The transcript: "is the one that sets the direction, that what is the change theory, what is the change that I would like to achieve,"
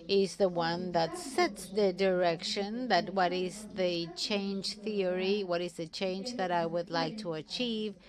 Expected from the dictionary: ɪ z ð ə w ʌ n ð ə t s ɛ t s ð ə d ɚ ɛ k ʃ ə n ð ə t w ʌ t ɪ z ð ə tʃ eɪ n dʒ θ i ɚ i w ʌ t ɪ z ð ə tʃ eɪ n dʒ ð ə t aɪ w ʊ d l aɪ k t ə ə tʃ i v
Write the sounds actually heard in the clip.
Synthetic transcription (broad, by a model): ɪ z ð ə w ʌ n ð ə t s ɛ t s ð ə d ɚ ɛ k ʃ ə n ð ə t w ʌ t ɪ z ð ə tʃ eɪ n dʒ θ i ɚ i w ʌ t ɪ z ð ə tʃ eɪ n dʒ ð ə t aɪ w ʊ d l aɪ k t ə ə tʃ i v